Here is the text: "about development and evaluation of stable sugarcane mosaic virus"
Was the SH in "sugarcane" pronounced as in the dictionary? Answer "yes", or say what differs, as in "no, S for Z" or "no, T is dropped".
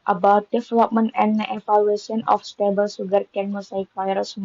no, S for SH